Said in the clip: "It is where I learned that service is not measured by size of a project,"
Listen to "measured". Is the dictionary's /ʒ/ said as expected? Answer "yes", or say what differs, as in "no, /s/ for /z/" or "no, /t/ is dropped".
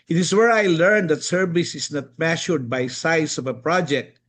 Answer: no, /ʃ/ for /ʒ/